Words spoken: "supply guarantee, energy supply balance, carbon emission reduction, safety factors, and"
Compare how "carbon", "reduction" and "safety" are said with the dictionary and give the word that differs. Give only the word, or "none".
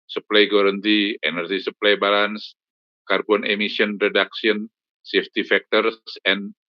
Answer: reduction